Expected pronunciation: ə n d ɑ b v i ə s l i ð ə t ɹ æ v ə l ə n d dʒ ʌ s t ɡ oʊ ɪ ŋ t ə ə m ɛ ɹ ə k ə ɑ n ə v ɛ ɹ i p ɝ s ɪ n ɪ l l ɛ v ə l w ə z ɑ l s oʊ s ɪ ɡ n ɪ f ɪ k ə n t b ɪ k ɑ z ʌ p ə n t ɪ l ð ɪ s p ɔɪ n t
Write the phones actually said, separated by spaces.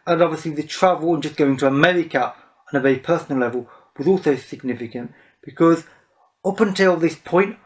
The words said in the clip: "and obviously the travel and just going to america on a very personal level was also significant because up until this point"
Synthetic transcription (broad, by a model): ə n ɑ b v i ə s l i ð ə t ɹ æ v ə l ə n dʒ ʌ s ɡ oʊ ɪ ŋ t ə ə m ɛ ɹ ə k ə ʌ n ə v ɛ i p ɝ s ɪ n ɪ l l ɛ v ə l w ə z ɑ l s oʊ s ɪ ɡ n ɪ f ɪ k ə n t b ɪ k ɑ z ʌ p ə n t ɪ l ð ɪ s p ɔɪ n t